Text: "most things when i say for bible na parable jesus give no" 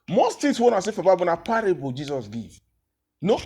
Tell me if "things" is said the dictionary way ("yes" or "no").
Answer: no